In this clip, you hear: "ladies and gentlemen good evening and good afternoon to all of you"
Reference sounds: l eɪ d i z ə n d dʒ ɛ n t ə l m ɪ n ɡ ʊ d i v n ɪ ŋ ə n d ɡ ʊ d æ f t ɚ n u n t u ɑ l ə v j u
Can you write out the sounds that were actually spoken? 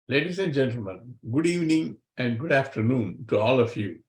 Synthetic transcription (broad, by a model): l eɪ d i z ə n d dʒ ɛ n t ə l m ɪ n ɡ ʊ d i v n ɪ ŋ ə n d ɡ ʊ d æ f t ɚ n u n t u ɑ l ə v j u